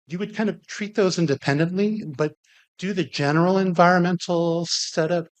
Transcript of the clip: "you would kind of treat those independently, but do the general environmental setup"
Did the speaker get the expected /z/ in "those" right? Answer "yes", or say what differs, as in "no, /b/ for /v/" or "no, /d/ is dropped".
yes